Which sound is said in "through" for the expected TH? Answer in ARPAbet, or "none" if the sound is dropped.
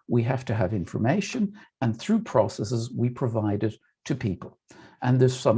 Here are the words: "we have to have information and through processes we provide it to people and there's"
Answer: TH